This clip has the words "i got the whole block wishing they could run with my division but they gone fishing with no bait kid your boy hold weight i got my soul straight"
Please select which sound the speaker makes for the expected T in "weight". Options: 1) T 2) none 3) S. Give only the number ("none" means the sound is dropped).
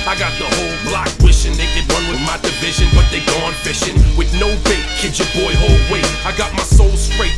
2